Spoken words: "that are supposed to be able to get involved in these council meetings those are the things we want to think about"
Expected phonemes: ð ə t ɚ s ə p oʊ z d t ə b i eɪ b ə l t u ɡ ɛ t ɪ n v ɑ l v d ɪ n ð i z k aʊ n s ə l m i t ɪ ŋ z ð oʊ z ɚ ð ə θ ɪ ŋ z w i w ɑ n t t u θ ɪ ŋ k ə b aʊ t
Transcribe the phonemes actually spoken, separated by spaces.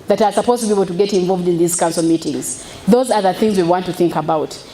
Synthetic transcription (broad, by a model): ð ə t ɚ s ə p oʊ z t ə b i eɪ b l t u ɡ ɛ t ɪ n v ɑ l v d ɪ n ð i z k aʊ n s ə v m i t ɪ ŋ z ð oʊ z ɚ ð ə θ ɪ ŋ z w i w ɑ n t t u θ ɪ ŋ k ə b aʊ t